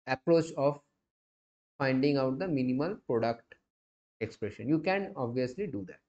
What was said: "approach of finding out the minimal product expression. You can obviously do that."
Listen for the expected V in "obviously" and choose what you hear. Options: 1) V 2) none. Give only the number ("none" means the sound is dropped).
1